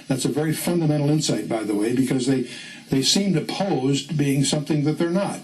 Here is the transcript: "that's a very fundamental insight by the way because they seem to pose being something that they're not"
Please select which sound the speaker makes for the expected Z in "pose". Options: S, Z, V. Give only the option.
Z